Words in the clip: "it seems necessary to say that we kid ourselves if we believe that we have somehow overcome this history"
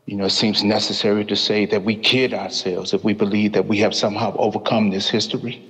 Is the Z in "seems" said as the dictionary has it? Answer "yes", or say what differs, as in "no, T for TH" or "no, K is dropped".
yes